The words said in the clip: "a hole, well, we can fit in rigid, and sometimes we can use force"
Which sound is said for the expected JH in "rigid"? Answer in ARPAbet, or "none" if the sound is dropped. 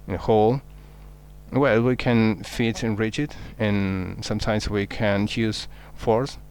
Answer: CH